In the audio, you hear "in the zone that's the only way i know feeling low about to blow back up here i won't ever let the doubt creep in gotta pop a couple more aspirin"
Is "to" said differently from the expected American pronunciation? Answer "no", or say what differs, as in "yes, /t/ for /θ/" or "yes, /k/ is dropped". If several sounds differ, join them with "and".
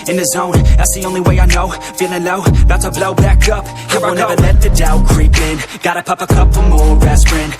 yes, /s/ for /t/